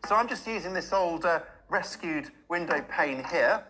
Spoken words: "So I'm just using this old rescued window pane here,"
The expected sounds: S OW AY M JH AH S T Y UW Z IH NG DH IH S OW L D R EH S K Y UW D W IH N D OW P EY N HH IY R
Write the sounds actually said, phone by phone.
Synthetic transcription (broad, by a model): S OW AY M JH AH S T Y UW Z IH NG DH IH S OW L D R EH S K Y UW D W IH N D OW P EY N HH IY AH